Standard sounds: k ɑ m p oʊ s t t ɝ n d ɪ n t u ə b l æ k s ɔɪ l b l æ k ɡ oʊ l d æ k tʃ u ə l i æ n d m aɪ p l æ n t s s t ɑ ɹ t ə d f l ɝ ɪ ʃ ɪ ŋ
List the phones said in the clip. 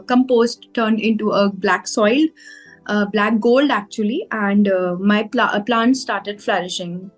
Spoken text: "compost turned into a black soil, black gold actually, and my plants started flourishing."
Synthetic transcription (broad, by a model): k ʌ m p oʊ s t t ɝ n d ɪ n t u ə b l æ k s ɔɪ l b l æ k ɡ oʊ l d æ k tʃ u ə l i æ n d m aɪ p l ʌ n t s s t ɑ ɹ t ə d f l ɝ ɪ ʃ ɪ ŋ